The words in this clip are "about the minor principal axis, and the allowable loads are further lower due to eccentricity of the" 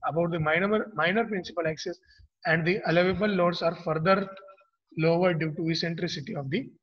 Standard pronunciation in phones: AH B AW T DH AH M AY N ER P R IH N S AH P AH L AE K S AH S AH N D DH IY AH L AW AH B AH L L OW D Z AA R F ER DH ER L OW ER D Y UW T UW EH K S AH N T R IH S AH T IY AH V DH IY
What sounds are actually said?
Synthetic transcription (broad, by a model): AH B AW T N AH M AY N ER P R IH N S AH P AH L AE K S AH S AH N D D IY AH L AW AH B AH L L OW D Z AA R F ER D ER L OW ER D Y UW T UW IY S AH N T R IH S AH T IY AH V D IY